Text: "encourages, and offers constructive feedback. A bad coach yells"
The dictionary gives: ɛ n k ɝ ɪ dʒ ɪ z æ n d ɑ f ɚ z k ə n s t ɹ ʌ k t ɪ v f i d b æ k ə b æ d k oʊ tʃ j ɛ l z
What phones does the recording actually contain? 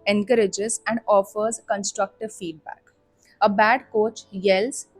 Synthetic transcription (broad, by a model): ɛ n k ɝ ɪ dʒ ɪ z æ n d ɑ f ɚ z k ə n s t ɹ ʌ k t ɪ v f i d b æ k ə b æ d k oʊ tʃ j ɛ l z